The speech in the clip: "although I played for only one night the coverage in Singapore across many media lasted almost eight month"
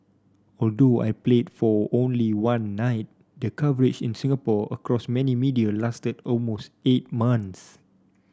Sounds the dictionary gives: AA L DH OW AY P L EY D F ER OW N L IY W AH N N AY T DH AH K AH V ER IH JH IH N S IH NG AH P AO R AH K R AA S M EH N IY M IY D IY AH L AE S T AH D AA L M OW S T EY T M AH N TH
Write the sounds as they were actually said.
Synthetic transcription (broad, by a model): AA L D OW AY P L EY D F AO OW N L IY W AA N N AY T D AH K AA V ER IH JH IH N S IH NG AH P AO AH K R AA S M EH N IY M IY D IY AH L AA S T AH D AA L M OW S T EY T M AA N S